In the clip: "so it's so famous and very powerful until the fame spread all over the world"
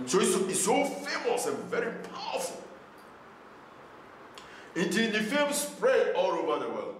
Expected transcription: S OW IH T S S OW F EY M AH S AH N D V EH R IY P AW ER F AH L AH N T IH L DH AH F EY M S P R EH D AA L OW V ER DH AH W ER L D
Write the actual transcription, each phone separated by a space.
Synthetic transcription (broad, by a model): S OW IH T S S OW F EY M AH S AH N V EH R IY P AW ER F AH L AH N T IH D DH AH F EY M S P R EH AA L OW V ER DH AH W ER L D